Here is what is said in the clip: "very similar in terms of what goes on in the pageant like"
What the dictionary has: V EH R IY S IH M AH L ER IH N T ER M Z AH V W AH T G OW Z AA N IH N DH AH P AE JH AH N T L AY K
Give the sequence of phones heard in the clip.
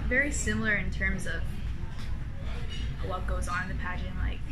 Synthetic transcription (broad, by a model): V EH R IY S IH M L ER IH N T ER M Z AH V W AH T G OW Z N IH N DH AH P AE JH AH N L AY K